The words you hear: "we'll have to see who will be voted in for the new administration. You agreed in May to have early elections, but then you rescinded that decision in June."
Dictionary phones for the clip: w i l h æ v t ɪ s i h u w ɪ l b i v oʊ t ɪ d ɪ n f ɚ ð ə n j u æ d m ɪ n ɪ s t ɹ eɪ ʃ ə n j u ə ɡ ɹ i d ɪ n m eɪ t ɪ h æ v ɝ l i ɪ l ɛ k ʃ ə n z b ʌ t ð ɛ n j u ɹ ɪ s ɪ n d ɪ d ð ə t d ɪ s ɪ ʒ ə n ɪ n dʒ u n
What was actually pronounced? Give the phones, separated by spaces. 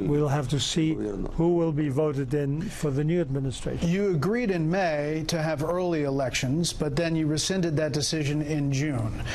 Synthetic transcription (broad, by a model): w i l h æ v t ɪ s i h u w ɪ l b i v oʊ t ɪ d ɪ n f ɚ ð ə n j u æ d m ɪ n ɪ s t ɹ eɪ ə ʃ j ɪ ə ɡ ɹ i d ɪ n m eɪ t ɪ v ɝ l i ɪ l ɛ k ʃ ə n z b ʌ t ð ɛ n j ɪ ɹ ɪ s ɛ n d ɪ d ð ə t d ɪ s ɪ ʒ ə n ɪ n dʒ u n